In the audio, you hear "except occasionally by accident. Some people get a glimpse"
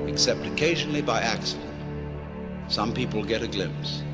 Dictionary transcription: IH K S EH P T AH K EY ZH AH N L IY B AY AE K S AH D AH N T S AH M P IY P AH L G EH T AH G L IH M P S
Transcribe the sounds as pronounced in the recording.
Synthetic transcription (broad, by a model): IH K S EH P T AH K EY ZH AH N L IY B AY AE K S AH D AH N T S AH M P IY P AH L G EH T AH G L IH M P S